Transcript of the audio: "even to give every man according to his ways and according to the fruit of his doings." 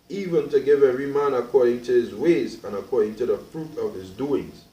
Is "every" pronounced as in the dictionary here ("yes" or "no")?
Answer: no